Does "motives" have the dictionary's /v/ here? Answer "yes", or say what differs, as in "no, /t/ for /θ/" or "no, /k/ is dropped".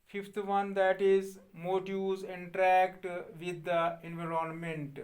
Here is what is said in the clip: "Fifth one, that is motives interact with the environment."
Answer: no, /v/ is dropped